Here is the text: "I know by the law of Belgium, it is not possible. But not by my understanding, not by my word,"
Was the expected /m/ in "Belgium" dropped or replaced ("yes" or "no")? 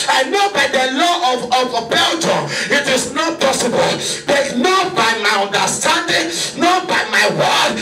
yes